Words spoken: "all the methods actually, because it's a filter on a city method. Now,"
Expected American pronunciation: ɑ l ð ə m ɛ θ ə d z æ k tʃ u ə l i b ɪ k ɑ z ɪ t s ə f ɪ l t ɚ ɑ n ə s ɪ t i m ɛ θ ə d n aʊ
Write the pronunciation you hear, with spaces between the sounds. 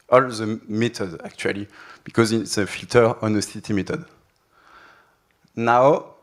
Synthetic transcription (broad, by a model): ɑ l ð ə m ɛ t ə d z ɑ k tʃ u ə l i b ɪ k ɑ z ɪ t s ə f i l t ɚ ɑ n ə s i t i m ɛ t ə d n aʊ